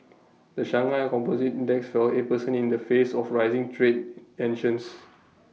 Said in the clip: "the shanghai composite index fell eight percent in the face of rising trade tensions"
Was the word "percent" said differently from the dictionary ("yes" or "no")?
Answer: yes